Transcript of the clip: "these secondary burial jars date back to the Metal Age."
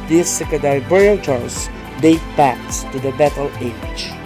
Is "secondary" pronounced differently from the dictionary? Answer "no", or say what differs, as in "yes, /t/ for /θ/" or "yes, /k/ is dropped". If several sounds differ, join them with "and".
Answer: yes, /n/ is dropped and /ɹ/ is dropped